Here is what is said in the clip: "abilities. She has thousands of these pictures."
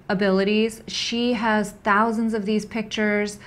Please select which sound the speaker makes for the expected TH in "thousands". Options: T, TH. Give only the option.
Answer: TH